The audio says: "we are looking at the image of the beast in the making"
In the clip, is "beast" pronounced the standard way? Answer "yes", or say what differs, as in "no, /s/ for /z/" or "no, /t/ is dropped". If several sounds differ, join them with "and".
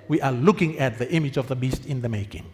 yes